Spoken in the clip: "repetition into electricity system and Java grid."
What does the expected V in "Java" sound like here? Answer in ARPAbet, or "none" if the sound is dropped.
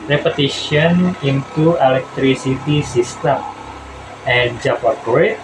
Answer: P